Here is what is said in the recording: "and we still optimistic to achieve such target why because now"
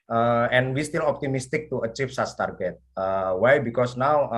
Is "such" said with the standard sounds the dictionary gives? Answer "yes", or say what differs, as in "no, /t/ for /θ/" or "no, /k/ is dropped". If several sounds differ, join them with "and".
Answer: no, /s/ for /tʃ/